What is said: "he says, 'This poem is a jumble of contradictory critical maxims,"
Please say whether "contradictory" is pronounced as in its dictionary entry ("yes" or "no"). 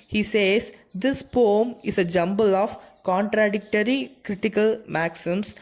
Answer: yes